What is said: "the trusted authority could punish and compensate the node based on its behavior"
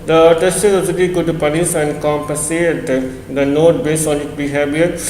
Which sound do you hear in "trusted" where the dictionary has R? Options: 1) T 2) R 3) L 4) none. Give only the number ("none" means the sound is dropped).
4